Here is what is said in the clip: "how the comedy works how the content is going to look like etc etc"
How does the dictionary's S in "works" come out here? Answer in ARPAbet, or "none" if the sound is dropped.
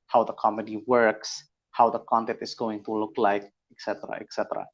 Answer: S